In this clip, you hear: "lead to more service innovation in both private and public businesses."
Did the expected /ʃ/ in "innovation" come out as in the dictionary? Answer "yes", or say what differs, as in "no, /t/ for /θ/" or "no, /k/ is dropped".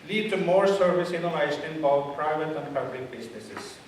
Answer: no, /ʃ/ is dropped